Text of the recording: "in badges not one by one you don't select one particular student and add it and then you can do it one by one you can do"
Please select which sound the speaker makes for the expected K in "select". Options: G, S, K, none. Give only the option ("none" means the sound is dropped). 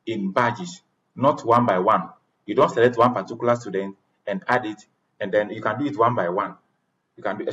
none